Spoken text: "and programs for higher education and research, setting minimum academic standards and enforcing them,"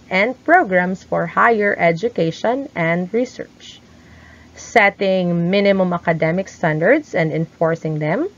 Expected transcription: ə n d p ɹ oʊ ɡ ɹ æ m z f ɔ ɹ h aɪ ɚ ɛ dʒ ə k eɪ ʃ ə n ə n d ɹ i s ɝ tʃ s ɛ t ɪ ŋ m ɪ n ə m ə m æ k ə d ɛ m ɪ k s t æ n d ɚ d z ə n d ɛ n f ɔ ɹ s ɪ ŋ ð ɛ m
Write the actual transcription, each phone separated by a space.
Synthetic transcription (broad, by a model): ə n d p ɹ oʊ ɡ ɹ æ m s f ɔ ɹ h aɪ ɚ ɛ dʒ ə k eɪ ʃ ə n ə n d ɹ i s ɝ tʃ s ɛ t ɪ ŋ m ɪ n ə m ə m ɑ k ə d ɛ m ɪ k s t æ n d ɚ d s ə n d ɛ n f ɔ ɹ s ɪ ŋ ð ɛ m